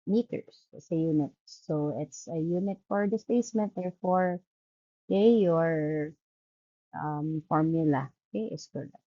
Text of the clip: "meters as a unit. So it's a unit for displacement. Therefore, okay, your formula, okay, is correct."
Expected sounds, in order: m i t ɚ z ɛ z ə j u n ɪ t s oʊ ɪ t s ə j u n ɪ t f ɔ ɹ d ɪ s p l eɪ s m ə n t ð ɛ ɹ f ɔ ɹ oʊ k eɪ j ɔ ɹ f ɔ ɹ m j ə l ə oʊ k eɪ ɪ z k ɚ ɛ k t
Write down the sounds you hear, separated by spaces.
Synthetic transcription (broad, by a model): m i t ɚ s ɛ s ə j u n ɪ t s oʊ ɪ t s ə j u n ɪ t f ɔ ɹ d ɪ s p eɪ s m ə n t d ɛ ɹ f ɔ ɹ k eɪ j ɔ ɹ f ɔ ɹ m j ə l ə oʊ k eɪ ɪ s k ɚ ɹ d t